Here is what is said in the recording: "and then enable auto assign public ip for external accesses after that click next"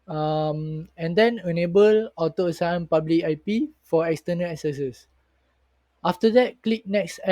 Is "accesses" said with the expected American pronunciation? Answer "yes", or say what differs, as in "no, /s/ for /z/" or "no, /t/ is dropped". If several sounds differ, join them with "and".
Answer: no, /s/ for /z/